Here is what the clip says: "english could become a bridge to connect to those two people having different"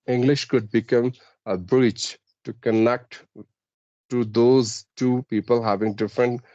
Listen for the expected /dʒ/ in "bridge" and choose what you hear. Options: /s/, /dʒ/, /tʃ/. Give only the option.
/tʃ/